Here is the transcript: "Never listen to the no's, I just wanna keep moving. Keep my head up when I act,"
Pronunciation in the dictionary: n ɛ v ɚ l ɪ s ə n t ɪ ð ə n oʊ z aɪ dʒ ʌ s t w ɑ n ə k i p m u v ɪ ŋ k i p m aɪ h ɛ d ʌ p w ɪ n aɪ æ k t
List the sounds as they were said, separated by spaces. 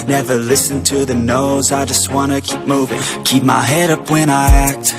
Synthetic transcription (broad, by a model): n ɛ v ɚ l ɪ s ə n t ɪ ð ə n oʊ z aɪ dʒ ʌ s t w ɑ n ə k i p m u v ɪ ŋ k i p m aɪ h ɛ d ʌ p w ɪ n aɪ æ k t